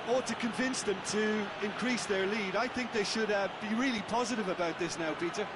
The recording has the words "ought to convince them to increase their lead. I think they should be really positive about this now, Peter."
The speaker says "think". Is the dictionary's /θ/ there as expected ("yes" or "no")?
yes